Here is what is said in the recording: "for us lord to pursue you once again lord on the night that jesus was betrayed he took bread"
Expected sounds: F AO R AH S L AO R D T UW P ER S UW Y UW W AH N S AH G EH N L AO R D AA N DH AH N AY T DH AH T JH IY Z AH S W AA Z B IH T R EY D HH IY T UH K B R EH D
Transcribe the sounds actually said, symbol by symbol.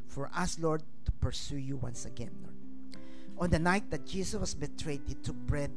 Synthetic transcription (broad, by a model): F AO R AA S L AO R D T UW P ER S UW Y UW W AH N S AH G EH N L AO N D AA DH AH N AY T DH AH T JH IY S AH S W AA S B IH T R EY D HH IY T UH K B R EH D